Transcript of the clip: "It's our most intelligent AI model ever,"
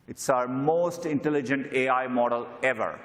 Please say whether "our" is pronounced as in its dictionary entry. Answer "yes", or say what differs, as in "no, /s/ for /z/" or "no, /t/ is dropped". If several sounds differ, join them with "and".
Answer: yes